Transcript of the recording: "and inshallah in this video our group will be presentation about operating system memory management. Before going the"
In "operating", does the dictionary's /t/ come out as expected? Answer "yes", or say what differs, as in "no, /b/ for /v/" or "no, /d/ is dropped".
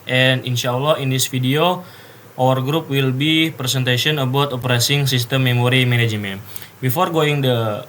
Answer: no, /s/ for /t/